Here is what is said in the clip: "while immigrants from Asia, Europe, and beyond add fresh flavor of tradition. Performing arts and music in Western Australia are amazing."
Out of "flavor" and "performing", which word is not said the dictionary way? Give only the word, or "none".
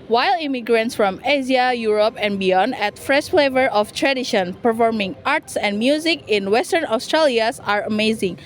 none